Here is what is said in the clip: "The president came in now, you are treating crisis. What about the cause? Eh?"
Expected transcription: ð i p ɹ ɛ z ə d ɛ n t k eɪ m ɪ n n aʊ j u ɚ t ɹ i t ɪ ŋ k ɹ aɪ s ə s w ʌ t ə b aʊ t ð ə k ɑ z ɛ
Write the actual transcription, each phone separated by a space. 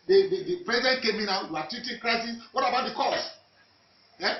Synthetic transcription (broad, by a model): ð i p ɹ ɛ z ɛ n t k eɪ m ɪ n n aʊ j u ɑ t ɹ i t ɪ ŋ k ɹ aɪ s ə s w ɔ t ə b aʊ t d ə k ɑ s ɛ